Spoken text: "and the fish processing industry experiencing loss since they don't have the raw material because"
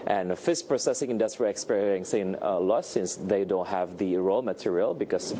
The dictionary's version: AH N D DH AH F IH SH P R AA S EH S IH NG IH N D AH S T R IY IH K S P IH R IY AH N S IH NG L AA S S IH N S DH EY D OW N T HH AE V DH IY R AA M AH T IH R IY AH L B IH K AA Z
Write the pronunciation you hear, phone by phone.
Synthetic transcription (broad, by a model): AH N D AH F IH S P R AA S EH S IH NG IH N D AH S T R IY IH K S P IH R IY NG S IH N L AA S S IH N S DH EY D OW N T HH AE V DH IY R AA M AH T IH R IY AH L B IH K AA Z